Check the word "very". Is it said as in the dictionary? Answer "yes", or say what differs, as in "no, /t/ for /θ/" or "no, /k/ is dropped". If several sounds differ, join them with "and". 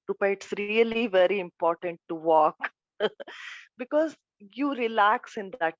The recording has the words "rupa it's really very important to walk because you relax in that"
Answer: yes